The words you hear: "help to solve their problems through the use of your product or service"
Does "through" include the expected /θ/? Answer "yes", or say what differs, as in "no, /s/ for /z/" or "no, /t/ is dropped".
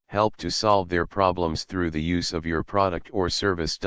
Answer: yes